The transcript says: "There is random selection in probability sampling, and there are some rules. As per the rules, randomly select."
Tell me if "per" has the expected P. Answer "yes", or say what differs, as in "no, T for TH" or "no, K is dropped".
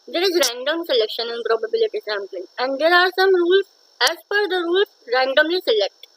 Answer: no, F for P